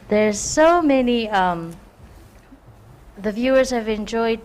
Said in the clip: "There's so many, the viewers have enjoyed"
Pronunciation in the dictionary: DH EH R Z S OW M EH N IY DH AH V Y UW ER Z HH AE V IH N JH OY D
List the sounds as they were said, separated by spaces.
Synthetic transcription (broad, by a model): DH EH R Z S OW M EH N IY DH AH V Y UW ER Z HH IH V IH N JH OY D